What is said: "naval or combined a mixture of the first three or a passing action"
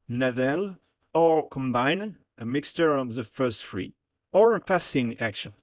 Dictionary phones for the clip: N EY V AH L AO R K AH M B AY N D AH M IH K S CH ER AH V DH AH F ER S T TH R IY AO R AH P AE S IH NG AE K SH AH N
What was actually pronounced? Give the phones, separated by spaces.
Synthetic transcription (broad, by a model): N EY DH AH L AO R K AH M B AY N AH M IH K S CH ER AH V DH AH F ER S T F R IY AO R AH P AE S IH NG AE K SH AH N